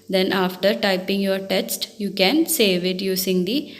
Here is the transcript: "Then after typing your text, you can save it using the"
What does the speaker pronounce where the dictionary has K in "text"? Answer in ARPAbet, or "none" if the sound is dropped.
none